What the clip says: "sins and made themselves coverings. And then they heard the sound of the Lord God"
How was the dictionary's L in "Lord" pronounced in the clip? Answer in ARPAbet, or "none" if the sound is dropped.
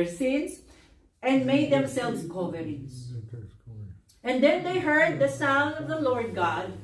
L